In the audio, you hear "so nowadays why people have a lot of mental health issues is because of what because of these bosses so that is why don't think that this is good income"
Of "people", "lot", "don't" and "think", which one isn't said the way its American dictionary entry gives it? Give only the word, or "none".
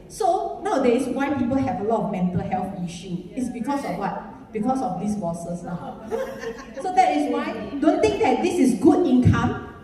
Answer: think